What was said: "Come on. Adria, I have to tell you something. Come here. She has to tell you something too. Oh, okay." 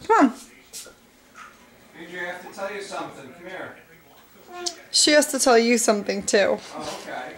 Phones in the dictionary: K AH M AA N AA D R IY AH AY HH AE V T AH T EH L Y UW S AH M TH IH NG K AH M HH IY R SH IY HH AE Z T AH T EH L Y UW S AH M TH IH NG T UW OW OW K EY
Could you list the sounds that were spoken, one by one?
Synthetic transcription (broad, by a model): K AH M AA N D IY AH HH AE F T AH T EH L Y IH S AH M TH IH NG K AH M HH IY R SH IY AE S T AH T EH L Y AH S AH M TH IH NG T UW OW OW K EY